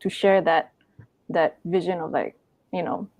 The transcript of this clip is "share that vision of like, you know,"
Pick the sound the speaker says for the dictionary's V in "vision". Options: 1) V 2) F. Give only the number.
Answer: 1